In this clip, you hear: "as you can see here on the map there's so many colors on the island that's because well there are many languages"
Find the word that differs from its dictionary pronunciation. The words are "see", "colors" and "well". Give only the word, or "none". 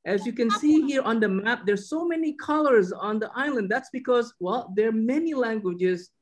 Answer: none